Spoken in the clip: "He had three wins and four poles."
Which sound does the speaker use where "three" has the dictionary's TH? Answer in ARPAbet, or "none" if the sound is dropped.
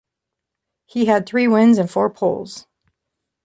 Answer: TH